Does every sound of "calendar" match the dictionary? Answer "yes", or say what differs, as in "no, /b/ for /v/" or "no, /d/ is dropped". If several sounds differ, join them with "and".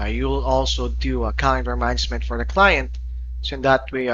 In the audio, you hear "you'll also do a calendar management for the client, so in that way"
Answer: no, /l/ is dropped